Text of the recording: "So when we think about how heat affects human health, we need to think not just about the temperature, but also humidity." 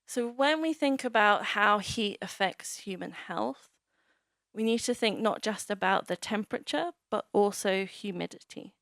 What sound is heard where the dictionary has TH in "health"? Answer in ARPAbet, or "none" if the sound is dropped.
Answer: TH